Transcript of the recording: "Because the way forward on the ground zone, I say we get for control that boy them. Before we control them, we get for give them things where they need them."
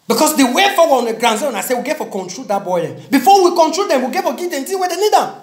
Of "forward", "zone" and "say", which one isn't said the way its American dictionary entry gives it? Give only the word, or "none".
forward